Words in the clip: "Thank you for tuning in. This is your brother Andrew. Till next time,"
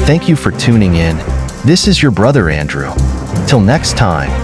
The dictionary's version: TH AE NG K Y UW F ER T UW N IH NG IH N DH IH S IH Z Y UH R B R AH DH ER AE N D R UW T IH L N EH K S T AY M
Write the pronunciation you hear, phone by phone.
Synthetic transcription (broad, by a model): TH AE NG K Y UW F ER T UW N IH NG IH N DH IH S IH Z Y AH R B R AH DH ER AE N D R UW T IH L N EH K S T AY M